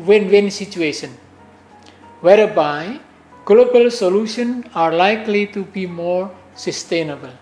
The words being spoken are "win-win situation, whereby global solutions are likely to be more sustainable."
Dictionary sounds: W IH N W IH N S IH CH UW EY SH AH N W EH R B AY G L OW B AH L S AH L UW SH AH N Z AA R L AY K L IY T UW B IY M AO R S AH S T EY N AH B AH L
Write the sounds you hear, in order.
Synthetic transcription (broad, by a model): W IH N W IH N S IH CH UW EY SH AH N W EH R B AY G L OW B AH L S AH L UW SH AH N AA R L AY K L IY T UW B IY M AO R S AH S T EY N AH B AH L